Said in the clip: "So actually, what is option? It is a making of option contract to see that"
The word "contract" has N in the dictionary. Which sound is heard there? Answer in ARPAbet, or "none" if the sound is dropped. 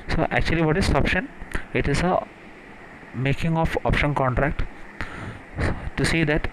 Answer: N